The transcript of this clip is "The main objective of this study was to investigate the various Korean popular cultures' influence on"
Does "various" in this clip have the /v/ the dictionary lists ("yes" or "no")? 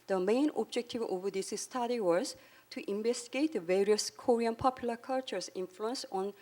yes